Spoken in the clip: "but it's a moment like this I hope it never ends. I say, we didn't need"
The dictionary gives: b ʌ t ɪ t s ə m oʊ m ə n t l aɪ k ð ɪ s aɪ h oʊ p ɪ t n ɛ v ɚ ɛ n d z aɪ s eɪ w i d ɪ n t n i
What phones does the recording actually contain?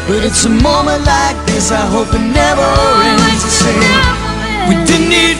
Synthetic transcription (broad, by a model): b ʌ t ɪ t s ə m oʊ m ə n t l aɪ k ð ɪ s aɪ h oʊ p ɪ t n ɛ v ɚ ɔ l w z s eɪ w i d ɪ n n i